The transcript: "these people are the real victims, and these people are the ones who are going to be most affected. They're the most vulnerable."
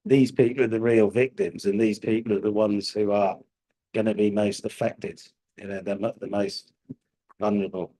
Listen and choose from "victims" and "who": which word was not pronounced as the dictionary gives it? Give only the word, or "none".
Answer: none